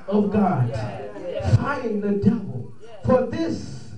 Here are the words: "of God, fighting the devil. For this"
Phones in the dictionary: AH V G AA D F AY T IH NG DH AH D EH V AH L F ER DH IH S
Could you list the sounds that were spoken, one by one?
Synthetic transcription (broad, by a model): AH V G AA D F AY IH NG DH AH D EH V AH L F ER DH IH S